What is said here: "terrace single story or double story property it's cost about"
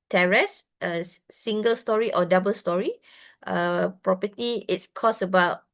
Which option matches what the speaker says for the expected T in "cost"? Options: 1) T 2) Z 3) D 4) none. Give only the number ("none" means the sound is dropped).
4